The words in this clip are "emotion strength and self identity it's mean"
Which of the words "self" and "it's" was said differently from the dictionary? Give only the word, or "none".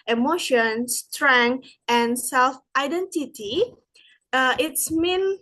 none